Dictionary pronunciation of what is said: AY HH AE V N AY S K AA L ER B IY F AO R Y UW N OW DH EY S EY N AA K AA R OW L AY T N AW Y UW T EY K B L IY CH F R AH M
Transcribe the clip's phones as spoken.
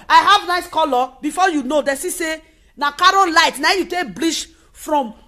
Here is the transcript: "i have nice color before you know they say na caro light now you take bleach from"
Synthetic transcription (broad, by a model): AY HH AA V N AY S K AA L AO B IY F AO Y UW N OW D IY S EY N AA K AA R OW L AY T N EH Y UW T EY K B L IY SH F R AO M